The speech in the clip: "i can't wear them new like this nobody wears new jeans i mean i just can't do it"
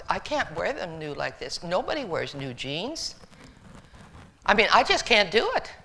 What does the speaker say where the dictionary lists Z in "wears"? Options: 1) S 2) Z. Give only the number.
2